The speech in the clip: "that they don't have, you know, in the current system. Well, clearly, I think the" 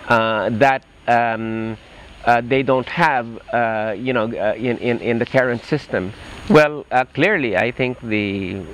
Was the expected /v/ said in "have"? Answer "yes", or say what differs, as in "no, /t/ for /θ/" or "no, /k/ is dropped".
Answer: yes